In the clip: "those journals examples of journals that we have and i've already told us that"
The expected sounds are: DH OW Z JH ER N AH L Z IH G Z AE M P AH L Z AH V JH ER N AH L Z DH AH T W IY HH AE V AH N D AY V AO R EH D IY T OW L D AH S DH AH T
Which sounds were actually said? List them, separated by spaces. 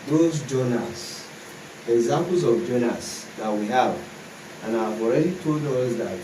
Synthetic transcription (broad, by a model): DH OW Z JH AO N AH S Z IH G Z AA M P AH L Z AH V JH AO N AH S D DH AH T W IY HH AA V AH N AY V AO R EH D IY T OW L D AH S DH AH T